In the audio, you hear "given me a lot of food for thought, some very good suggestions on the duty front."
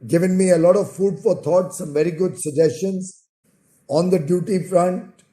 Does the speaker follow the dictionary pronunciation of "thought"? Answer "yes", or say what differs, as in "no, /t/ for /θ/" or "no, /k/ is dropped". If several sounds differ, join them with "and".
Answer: no, /t/ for /θ/